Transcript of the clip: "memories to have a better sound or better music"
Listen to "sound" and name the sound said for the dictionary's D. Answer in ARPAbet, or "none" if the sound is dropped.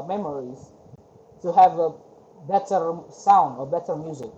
D